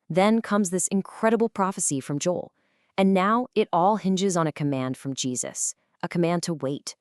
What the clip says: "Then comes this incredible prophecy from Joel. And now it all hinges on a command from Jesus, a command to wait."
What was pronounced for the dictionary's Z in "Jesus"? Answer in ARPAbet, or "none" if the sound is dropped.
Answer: Z